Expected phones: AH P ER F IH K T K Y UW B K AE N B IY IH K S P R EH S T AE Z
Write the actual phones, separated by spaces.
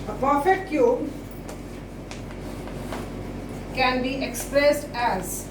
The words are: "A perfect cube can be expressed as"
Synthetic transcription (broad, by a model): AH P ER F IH T K Y UW B K AE N B IY IH K S P R EH S T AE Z